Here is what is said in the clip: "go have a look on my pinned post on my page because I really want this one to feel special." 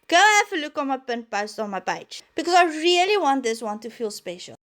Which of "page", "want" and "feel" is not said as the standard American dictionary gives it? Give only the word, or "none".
page